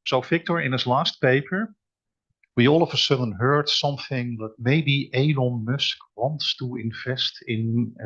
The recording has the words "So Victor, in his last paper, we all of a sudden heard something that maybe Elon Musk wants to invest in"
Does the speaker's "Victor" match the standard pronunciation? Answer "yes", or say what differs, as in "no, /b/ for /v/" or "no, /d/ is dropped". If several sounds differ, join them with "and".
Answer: no, /f/ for /v/